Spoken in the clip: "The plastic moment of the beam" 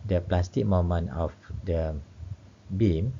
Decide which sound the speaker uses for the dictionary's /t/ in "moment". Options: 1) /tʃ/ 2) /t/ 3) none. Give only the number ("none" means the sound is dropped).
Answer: 3